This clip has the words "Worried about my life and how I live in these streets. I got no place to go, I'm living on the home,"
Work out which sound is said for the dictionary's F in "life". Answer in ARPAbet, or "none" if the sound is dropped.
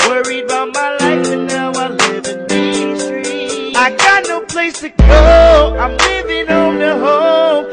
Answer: F